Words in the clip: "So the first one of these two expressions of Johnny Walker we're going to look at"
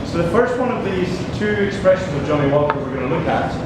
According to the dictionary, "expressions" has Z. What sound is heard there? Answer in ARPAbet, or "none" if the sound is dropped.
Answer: Z